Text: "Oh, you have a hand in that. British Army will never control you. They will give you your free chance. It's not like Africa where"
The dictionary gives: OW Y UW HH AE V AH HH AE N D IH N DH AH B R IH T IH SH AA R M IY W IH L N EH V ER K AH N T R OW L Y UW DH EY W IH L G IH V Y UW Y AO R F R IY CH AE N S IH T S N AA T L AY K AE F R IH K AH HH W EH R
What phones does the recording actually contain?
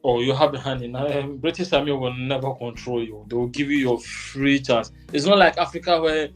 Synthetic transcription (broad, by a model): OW Y UW HH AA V AH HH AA N IH N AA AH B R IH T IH S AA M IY W IH L N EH V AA K AH N T R OW L Y UW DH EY W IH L G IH V Y UW Y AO F R IY CH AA N S IH T S N AA T L AY K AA F R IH K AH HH W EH